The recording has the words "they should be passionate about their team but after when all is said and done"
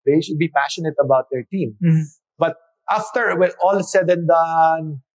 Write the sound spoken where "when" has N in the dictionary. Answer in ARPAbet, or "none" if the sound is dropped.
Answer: none